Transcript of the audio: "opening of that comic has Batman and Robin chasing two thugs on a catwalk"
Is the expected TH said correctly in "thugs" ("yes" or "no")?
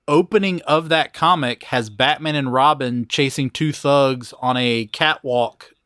yes